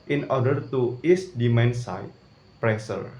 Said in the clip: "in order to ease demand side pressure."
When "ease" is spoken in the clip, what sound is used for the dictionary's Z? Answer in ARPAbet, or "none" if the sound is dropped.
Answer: S